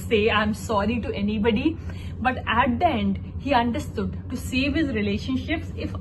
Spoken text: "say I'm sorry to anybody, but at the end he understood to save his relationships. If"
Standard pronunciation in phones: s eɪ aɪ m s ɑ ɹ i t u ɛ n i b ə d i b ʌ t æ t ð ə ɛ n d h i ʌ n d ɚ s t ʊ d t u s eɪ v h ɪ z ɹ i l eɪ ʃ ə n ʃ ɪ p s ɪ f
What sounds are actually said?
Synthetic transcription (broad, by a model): s eɪ aɪ m s ɑ ɹ i t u ɛ n i b ə d i b ʌ t æ t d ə ɛ n d h i ʌ n d ɚ s t ʊ d t u s eɪ v h ɪ z ɹ i l eɪ ʃ ə n ʃ ɪ p s ɪ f